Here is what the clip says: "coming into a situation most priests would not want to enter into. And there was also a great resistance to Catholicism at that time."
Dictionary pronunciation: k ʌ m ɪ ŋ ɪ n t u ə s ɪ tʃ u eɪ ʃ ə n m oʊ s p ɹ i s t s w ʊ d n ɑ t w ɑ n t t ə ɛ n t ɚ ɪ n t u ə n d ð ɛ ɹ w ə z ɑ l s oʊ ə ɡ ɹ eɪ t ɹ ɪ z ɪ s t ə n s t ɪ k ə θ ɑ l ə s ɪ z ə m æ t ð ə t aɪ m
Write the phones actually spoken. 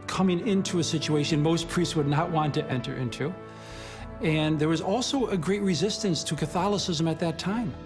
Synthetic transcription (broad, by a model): k ʌ m ɪ ŋ ɪ n t u ə s ɪ tʃ u eɪ ʃ ə n m oʊ s p ɹ i s t s w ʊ d n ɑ t w ɑ n t t ɛ n t ɚ ɪ n t u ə n ð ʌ ɹ w ə z ɑ l s oʊ ə ɡ ɹ eɪ t ɹ ɪ z ɪ s t ə n s t ɪ k ə θ ɑ l ə s ɪ z ə m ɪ t ð ə t aɪ m